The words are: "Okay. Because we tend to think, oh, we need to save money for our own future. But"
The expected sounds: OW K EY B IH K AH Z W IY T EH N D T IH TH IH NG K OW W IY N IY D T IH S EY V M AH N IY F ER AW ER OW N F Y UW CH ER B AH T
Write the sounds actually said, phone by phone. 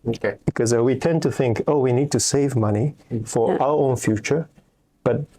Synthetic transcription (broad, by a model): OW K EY B IH K AH Z W IY T EH N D T IH TH IH NG K OW W IY N IY D T IH S EY V M AH N IY F ER AW ER OW N F Y UW CH ER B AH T